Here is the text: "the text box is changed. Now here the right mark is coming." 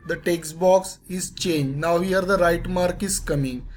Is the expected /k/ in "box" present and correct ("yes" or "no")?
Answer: yes